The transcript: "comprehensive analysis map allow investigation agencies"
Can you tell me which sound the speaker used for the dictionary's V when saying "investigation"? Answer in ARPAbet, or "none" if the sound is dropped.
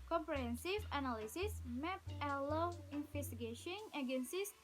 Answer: F